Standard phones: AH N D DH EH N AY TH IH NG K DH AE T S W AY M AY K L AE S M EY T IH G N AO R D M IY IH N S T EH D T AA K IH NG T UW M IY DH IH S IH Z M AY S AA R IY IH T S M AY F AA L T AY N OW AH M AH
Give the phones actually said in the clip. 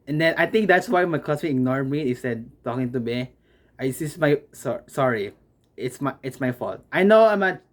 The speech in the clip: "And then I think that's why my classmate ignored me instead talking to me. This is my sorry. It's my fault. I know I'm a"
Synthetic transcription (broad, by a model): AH N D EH N AY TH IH NG K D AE T S W AY M AY K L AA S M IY IH G N AO R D M IY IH S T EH D T AA K IH NG T UW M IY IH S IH S M AY S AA R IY IH T S M AY F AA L T AY N OW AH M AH